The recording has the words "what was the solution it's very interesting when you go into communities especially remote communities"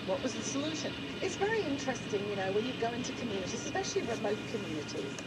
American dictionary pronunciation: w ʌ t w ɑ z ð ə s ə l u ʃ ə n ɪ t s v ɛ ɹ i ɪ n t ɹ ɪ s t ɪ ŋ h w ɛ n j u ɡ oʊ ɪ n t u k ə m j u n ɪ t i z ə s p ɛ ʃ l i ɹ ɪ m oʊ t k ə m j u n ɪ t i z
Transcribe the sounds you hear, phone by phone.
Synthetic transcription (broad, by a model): w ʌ t w ɑ z ð ə s ə l u ʃ ə n ɪ t s v ɛ ɹ i ɪ n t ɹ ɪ s t ɪ ŋ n w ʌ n j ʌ ɡ oʊ ɪ n t u k ə m j u n ɪ t i z s p ɛ ʃ l i ɹ ɪ m oʊ t k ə m j u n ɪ t i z